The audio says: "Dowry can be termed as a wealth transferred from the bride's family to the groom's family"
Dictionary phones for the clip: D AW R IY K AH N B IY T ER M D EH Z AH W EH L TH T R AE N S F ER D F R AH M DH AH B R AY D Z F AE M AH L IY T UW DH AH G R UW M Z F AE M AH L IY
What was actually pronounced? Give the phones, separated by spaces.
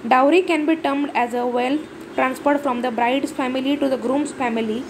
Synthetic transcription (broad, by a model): D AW R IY K AH N B IY T ER M D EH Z AH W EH L T T R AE N S P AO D F R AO M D AH B R AY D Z F AE M AH L IY T UW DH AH G R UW M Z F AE M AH L IY